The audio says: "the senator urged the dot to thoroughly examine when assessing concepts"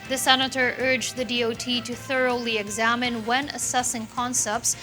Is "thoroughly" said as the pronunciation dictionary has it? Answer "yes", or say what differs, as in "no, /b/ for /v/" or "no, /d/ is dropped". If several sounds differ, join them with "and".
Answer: yes